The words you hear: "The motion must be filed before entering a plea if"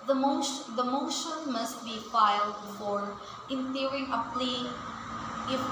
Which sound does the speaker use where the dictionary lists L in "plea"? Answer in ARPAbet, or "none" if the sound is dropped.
L